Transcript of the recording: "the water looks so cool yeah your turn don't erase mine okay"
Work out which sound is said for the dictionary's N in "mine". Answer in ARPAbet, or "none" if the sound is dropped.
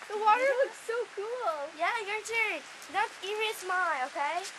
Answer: L